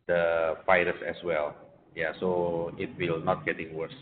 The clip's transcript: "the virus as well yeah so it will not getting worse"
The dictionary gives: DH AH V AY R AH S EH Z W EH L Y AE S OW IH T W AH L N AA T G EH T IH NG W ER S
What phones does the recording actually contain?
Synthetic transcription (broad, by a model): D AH F AY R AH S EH S W EH L Y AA S OW IH T W AH L N AA T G EH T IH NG W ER S